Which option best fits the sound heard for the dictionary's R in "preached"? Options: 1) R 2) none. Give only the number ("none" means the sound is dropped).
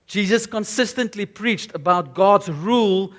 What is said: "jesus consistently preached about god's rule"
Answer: 1